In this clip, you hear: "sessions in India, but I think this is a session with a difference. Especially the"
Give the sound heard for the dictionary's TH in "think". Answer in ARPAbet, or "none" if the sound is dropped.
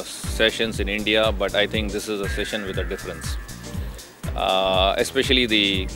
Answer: T